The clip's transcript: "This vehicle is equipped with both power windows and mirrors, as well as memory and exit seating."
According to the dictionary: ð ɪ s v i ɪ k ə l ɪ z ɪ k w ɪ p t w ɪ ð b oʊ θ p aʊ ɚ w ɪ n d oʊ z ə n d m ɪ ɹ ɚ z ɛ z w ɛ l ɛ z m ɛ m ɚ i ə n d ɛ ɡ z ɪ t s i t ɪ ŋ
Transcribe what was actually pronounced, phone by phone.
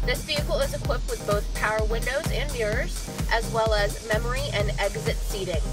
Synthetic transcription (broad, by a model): ð ɪ s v i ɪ k l ɪ z ɪ k w ɪ p t w ɪ ð b oʊ θ p aʊ ɚ w ɪ n d oʊ z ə n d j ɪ ɹ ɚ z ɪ z w ɛ l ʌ z m ɛ m ɚ i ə n ɛ ɡ z ɪ t s i t ɪ ŋ